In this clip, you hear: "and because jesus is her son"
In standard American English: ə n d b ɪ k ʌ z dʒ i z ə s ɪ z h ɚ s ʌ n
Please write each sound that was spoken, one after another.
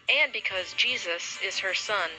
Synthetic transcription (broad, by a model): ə n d b ɪ k ʌ z dʒ i z ə s ɪ z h ɚ s ʌ n